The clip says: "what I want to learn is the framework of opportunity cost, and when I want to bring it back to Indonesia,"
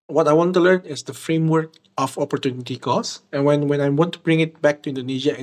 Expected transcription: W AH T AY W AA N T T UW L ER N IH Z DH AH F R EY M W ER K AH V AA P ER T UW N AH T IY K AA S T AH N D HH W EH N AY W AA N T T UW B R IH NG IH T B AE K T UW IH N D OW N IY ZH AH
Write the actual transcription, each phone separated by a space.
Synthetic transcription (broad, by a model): W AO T AY W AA N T T UW L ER N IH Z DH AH F R EY M W ER K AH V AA P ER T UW N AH T IY K AA S AH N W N W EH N AY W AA N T T UW B R IH NG IH T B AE K T UW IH N D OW N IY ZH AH